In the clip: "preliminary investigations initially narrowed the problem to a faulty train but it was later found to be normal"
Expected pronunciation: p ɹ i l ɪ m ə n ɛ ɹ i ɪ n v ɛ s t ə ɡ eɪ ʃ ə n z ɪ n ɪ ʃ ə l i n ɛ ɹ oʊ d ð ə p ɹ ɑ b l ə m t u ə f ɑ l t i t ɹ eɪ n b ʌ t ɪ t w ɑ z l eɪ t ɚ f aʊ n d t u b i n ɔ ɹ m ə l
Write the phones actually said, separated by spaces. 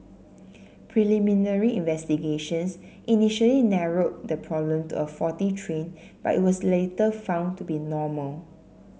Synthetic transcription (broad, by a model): p ɹ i l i m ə n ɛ ɹ i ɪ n v ɛ s t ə ɡ eɪ ʃ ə n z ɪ n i ʃ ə l i n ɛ ɹ oʊ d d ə p ɹ ɑ b l ə m t u ə f ɑ t i t ɹ eɪ n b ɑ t ɪ t w ɑ s l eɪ t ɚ f aʊ n t u b i n ɔ m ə l